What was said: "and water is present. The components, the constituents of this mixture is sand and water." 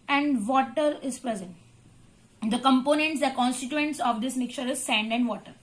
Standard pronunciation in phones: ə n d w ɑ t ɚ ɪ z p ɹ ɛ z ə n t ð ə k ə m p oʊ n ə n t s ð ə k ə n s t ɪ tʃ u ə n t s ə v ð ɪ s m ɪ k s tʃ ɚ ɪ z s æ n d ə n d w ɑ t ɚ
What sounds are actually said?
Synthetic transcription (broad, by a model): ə n d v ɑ t ɚ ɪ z p ɹ ɛ z ə n t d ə k ə m p oʊ n ə n t s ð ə k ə n s t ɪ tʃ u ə n t s ə v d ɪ s m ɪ k tʃ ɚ ɪ z s æ n d ə n d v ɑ t ɚ